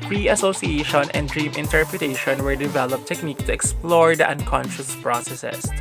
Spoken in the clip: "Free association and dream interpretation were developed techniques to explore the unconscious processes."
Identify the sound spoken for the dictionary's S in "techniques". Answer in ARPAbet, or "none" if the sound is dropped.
none